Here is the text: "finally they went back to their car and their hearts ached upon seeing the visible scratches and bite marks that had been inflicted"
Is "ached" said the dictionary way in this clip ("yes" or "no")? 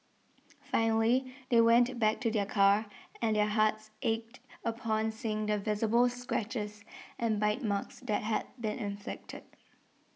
yes